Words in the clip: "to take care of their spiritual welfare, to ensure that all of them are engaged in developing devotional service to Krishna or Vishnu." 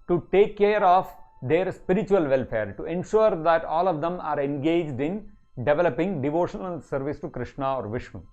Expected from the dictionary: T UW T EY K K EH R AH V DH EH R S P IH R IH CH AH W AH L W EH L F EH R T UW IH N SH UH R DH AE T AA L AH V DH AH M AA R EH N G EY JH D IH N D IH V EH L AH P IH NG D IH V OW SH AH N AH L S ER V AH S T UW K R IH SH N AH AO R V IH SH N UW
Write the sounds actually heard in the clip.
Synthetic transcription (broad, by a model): T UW T EY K K EH R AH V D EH R S P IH R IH CH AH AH L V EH L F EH R T UW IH N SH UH R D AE T AA L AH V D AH M AA R EH N G EY JH D IH N D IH V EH L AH P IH NG D IH V OW SH AH N AH L S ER V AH S T UW K R IH SH N AH AO R V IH SH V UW